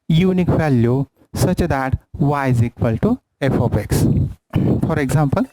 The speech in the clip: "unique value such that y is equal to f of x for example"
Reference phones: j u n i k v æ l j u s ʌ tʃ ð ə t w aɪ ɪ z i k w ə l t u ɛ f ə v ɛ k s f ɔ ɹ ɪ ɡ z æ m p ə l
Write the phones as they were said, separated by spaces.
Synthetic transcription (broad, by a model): j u n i k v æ l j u s ʌ tʃ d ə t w aɪ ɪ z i k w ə l t u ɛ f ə b ɛ k s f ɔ ɹ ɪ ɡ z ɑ m p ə l